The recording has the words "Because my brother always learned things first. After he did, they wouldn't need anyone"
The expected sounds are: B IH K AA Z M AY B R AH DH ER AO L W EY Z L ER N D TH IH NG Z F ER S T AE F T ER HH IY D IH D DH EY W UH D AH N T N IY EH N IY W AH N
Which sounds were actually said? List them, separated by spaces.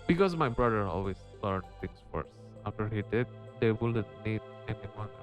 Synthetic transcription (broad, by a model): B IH K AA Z M AY B R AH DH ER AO L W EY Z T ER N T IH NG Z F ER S AE F T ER HH IY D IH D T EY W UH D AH T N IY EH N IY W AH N